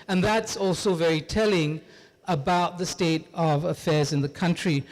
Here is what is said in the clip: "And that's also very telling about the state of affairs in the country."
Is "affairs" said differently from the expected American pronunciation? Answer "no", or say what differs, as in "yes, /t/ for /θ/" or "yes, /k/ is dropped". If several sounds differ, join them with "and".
no